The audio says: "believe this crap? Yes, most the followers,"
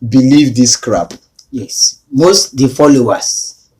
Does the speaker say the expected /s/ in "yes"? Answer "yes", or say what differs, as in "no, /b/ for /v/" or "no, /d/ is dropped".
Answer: yes